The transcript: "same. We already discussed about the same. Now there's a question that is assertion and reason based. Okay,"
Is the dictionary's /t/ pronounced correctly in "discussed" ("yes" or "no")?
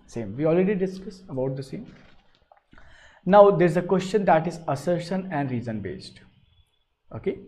no